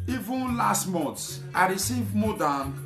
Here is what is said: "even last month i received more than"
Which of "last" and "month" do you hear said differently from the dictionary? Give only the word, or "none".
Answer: month